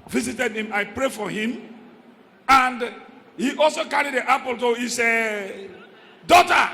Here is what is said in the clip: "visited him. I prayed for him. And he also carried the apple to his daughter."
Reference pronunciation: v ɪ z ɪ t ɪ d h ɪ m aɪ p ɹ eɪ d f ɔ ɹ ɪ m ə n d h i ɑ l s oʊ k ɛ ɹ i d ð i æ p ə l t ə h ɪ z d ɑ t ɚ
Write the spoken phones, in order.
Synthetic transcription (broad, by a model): v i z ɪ t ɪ d h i m aɪ p ɹ eɪ f ɔ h ɪ m ə n d h i ɑ l s oʊ k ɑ ɹ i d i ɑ p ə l t ə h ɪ s d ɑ t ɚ